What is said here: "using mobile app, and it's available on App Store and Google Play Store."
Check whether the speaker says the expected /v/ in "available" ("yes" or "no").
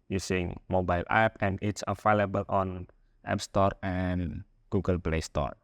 no